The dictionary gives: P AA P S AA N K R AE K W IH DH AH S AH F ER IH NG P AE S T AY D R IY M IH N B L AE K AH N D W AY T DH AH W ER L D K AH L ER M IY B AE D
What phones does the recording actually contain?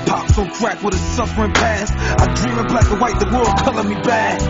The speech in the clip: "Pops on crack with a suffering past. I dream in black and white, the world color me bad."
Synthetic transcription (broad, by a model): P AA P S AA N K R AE K W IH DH AH S AH F ER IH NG P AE S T AY D R IY M IH N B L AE AH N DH W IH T DH AH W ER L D K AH L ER M IY B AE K